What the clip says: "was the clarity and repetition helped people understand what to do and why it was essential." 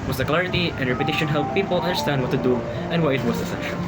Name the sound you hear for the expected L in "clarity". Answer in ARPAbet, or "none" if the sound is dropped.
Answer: L